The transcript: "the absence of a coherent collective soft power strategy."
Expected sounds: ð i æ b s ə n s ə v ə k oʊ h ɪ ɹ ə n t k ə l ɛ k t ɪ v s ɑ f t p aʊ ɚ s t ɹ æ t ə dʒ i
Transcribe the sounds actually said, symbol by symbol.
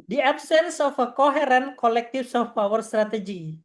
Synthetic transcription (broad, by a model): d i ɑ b s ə n s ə f ə k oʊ h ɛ ɹ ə n k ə l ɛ k t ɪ f s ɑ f p aʊ ɚ s t ɹ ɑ t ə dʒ i